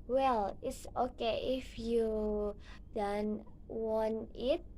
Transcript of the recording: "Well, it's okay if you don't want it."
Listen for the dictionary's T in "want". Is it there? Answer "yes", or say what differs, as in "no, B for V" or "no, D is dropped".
no, T is dropped